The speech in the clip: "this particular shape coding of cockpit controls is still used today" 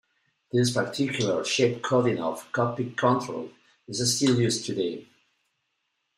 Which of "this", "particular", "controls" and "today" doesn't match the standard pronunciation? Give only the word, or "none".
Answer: controls